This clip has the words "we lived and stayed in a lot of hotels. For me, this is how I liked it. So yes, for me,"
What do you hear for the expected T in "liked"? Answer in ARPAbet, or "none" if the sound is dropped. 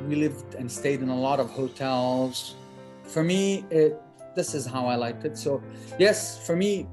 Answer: T